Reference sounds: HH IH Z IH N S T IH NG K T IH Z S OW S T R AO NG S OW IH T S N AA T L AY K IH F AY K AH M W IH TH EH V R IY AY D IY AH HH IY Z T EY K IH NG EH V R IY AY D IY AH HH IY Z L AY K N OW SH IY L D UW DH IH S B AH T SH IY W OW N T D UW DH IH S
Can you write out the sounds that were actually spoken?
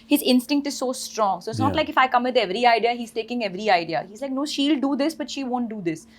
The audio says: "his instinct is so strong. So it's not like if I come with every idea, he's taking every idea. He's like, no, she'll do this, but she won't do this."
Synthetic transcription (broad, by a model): HH IH Z IH N S T IH NG K T IH Z S OW S T R AO NG S OW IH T S N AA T L AY K IH F AY K AH M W IH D EH V R IY AY D IY AH HH IY Z T EY K IH NG EH V R IY AY D IY AH HH IY Z L AY K N OW SH IY L D UW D IH S B AH T SH IY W OW N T D UW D IH S